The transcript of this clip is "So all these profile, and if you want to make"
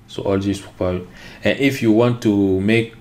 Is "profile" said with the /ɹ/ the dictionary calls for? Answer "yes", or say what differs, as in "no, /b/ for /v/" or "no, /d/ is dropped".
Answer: no, /ɹ/ is dropped